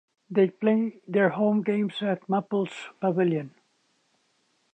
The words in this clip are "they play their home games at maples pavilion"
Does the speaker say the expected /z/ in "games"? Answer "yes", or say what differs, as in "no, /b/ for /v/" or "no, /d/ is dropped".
no, /s/ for /z/